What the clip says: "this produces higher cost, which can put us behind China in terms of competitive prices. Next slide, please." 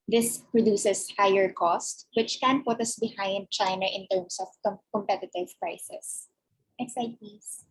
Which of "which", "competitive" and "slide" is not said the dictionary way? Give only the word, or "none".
slide